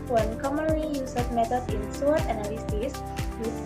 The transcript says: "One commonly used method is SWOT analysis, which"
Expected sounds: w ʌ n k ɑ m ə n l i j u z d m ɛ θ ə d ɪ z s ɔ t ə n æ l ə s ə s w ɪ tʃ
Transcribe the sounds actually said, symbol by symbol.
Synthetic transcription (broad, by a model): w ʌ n k ɑ m ə n l i j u s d m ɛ t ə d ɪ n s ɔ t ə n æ l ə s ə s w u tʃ